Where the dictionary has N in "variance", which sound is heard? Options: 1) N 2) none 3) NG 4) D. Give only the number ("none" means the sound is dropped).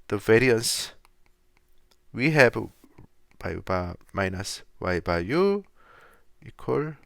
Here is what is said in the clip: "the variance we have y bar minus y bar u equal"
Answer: 1